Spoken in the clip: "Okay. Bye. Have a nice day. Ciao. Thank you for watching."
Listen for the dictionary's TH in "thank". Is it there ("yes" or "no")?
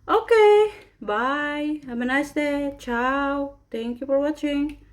no